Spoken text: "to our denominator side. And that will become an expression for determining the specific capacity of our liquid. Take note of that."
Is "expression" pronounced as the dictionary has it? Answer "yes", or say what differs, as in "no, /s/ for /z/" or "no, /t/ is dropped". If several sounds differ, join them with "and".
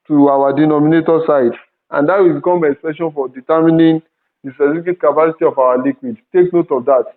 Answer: no, /ɹ/ is dropped